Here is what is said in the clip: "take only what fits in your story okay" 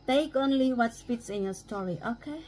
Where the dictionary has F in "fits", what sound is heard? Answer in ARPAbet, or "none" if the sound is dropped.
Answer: P